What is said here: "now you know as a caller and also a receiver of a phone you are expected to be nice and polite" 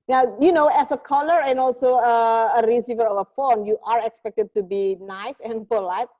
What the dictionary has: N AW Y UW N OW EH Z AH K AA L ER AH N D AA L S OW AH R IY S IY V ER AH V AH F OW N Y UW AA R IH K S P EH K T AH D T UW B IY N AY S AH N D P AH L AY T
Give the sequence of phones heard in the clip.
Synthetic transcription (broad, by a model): N AW Y UW N OW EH S AH K AA L ER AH N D AA L S OW AH R IY S IY V ER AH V AH F OW N Y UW AA R IH K S P EH K T AH D T UW B IY N AY S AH N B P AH L AY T